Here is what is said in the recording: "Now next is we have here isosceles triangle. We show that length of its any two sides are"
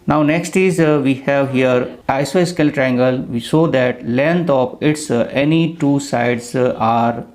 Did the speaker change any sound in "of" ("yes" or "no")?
yes